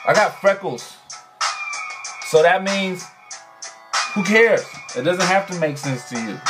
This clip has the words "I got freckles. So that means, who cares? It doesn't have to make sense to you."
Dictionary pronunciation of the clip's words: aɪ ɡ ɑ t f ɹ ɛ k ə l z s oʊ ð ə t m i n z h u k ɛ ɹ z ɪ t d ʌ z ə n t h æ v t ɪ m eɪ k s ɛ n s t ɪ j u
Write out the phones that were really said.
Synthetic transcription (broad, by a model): aɪ ɡ ɑ t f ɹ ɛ k l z s oʊ ð ə t m i n z h u k ɛ ɹ z ɪ t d ʌ z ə n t h æ f t ɪ m eɪ k s ɛ n s t ɪ j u